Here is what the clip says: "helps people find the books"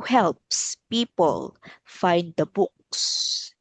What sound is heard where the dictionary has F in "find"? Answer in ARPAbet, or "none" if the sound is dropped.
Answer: F